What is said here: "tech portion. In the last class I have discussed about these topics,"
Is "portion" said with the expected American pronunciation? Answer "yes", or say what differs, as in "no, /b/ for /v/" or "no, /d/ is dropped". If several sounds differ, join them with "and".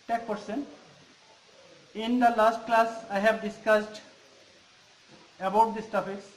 no, /s/ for /ʃ/